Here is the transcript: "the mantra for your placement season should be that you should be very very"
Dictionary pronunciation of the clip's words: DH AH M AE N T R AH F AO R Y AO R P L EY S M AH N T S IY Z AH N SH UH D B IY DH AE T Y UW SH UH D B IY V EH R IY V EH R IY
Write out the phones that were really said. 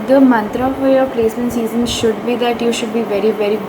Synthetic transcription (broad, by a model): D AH M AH N T R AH F AO R Y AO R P L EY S AH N S IY Z AH N SH UH D B IY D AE T Y UW SH UH D B IY V EH R IY V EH R IY